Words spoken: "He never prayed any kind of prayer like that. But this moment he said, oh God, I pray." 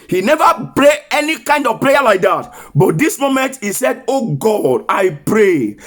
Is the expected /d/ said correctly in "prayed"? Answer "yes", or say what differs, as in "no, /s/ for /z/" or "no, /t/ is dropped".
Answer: no, /d/ is dropped